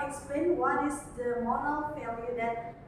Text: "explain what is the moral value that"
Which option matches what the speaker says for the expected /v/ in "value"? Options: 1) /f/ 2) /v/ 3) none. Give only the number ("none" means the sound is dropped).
1